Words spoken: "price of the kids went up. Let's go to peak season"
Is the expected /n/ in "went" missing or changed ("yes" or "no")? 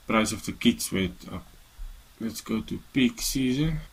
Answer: yes